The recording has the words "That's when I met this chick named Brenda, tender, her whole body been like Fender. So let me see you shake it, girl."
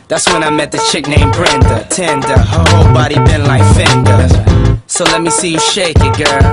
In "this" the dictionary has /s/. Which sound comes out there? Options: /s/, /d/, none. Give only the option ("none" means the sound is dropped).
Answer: none